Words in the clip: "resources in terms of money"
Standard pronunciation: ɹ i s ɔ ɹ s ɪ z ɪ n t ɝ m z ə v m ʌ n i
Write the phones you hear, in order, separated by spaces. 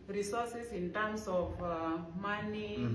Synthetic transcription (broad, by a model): ɹ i s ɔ s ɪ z ɪ n t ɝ m s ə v m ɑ n i